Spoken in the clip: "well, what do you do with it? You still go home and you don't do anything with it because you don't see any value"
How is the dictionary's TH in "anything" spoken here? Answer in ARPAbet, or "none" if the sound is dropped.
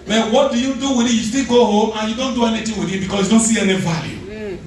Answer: T